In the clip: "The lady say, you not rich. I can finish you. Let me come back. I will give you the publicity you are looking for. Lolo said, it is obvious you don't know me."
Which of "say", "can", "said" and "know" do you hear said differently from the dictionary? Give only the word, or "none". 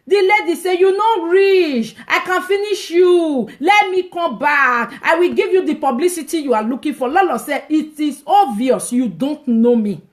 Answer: said